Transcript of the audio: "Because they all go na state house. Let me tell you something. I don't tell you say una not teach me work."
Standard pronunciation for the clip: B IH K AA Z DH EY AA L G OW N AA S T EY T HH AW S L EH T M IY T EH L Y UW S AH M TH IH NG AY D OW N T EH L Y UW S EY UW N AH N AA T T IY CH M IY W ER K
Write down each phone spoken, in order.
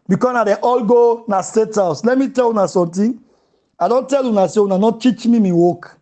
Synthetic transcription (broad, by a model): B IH K AA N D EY AA L G OW N AA S T EY T HH AW S L EH T M IY T EH L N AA S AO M T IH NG AY D OW N T EH L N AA S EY UW N AH N AA T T IY CH M IY W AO K